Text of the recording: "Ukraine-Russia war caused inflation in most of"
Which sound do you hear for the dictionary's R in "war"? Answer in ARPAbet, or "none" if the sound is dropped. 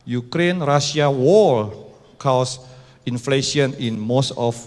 L